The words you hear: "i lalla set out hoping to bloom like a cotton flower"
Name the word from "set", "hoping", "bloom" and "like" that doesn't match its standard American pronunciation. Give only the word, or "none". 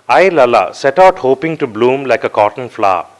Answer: none